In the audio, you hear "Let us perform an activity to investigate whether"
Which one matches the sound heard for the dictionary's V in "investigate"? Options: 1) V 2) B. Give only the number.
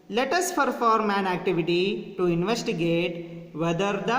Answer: 1